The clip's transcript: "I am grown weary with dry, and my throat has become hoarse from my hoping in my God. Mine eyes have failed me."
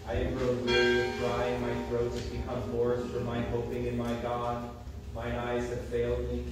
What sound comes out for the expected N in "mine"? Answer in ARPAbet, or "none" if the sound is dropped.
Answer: none